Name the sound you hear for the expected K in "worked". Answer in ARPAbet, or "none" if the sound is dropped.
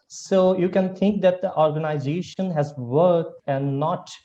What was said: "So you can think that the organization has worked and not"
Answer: none